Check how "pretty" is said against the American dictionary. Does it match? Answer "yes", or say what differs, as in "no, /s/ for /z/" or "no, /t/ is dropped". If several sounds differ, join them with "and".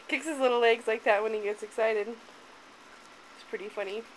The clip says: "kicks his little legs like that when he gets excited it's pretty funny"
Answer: yes